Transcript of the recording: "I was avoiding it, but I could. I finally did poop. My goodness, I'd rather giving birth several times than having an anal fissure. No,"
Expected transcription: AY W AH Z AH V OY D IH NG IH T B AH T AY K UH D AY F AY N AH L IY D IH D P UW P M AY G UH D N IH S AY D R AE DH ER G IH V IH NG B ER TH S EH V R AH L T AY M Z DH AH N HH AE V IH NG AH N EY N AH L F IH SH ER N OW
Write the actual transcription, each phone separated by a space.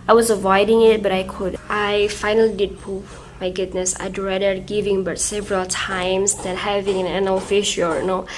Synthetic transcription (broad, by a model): AY W AH Z AH V OY D IH NG IH T B AH T AY K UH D AY F AY N AH L IY D IH D P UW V M AY G UH D N IH S AY D R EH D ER G IH V IH NG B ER T S EH V R AH L T AY M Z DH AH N HH AE V IH NG AH N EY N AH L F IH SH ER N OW